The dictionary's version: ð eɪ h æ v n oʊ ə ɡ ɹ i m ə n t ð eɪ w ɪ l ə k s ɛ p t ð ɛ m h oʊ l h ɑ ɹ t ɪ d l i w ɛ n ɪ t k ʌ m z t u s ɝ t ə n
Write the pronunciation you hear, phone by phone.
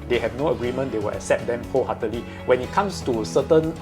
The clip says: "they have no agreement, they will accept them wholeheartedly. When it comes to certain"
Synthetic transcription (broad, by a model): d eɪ h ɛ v n oʊ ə ɡ ɹ i m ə n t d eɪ w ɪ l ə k s ɛ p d ɛ m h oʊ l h ɑ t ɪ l i w ɛ n ɪ t k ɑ m s t u s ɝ t ə n